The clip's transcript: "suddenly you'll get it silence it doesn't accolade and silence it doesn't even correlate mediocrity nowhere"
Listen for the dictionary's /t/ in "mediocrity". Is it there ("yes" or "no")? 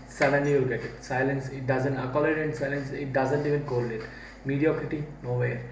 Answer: yes